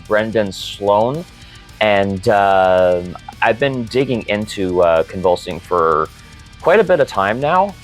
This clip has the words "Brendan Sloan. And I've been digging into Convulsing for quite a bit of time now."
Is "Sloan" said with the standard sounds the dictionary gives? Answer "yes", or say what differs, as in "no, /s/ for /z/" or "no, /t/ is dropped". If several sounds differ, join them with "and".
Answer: yes